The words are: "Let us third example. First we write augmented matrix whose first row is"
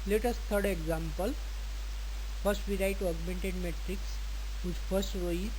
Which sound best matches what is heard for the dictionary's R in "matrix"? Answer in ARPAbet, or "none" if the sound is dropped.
R